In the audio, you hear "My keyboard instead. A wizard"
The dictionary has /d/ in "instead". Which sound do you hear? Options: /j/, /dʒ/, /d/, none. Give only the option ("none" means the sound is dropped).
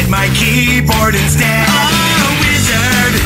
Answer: none